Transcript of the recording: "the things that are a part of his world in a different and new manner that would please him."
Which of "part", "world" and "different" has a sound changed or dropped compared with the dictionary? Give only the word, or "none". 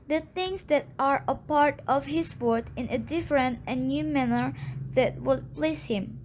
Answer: world